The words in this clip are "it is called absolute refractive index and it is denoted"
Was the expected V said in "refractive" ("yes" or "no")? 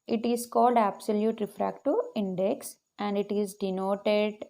no